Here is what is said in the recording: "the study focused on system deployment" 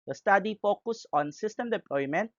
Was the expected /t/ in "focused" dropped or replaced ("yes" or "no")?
yes